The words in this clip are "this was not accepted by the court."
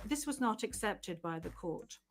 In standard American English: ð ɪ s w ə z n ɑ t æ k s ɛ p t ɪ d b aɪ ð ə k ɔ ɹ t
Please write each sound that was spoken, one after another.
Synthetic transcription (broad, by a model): ð ɪ s w ə z n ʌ t æ k s ɛ p t ɪ d b aɪ ð ə k ɔ ɹ t